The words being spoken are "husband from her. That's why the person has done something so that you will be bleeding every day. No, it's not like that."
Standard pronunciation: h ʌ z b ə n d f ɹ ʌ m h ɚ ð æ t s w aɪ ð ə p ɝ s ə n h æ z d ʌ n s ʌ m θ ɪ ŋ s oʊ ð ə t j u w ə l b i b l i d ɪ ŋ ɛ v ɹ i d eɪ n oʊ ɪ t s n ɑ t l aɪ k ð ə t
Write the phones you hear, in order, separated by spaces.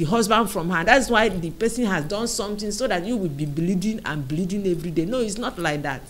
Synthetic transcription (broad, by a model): h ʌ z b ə n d f ɹ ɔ m h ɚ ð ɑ t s w aɪ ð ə p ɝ s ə n h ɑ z d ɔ n s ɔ m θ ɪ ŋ s oʊ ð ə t j u w ə l b i b l i d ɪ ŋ ɛ v ɹ i d eɪ n oʊ ɪ t s n ɑ t l aɪ k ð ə t